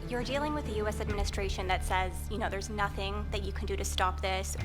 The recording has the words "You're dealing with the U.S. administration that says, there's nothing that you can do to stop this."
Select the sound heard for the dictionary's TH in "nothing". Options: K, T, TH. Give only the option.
TH